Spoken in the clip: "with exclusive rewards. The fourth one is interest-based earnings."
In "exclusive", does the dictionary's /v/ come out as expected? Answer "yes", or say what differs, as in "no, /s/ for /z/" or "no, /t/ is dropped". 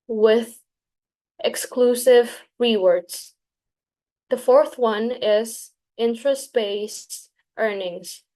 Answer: yes